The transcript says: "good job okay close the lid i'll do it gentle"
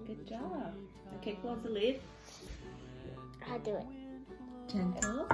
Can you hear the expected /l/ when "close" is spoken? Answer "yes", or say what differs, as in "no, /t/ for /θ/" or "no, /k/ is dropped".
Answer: no, /l/ is dropped